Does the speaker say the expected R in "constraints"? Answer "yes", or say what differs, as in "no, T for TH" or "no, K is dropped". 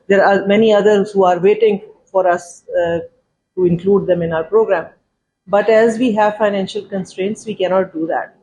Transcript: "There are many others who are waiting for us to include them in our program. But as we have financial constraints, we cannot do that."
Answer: yes